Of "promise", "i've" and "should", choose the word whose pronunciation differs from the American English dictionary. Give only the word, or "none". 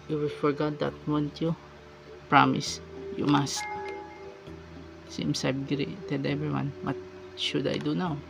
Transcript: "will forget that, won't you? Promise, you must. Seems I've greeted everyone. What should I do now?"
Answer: i've